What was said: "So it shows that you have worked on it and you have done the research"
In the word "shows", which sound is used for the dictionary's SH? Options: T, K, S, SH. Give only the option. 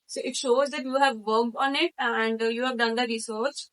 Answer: SH